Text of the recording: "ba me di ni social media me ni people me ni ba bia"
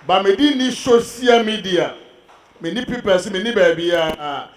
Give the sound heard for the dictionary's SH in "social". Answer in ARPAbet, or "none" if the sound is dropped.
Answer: S